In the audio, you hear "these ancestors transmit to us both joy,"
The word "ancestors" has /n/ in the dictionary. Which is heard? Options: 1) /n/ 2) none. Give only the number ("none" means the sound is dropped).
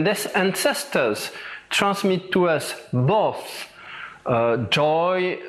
1